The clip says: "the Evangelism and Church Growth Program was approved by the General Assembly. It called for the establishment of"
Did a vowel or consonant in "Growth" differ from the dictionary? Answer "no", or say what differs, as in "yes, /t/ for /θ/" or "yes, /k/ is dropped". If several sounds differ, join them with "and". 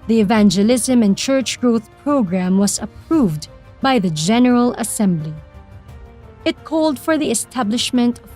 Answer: no